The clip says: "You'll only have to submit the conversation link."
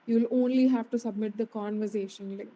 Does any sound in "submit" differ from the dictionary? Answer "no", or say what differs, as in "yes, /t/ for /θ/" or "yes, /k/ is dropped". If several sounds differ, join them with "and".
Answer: no